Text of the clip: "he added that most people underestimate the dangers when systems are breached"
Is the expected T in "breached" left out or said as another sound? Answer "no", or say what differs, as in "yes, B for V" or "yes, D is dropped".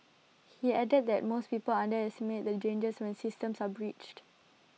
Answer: no